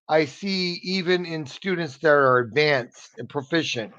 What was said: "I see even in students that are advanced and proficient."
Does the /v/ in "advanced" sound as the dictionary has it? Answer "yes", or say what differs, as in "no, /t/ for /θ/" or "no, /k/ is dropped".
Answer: yes